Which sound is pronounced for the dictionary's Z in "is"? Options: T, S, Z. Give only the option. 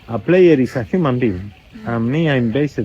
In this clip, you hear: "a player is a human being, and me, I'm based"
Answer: S